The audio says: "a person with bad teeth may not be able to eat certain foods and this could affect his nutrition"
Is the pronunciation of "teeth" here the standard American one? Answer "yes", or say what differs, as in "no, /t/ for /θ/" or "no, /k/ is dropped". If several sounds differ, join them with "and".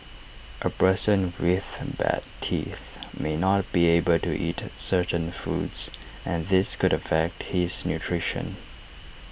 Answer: yes